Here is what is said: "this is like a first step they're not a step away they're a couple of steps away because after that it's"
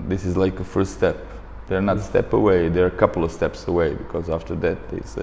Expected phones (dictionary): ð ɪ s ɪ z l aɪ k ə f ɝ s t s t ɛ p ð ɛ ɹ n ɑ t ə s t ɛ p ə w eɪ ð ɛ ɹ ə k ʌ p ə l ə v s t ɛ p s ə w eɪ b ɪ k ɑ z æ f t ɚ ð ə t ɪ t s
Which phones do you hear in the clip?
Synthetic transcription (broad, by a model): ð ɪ s ɪ z l aɪ k ə f ɝ s t s t ɛ p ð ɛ ɹ n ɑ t s t ɛ p ə w eɪ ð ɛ ɹ ə k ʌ p l ə v s t ɛ p s ə w eɪ b ɪ k ɑ z æ f t ɚ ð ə t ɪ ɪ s